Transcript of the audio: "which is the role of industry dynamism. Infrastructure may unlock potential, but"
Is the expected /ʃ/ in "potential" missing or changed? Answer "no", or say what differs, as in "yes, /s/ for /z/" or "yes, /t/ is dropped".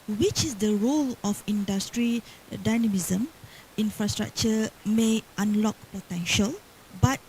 no